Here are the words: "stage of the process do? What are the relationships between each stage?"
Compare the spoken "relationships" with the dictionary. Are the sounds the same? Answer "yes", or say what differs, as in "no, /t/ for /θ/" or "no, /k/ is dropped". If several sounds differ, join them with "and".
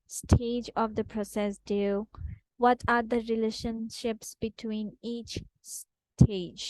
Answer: yes